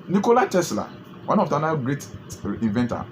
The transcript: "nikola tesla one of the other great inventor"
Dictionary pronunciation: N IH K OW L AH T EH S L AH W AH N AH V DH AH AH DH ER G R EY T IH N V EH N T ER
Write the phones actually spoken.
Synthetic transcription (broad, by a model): N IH K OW L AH T EH S L AH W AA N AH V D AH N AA G R EY T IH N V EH N T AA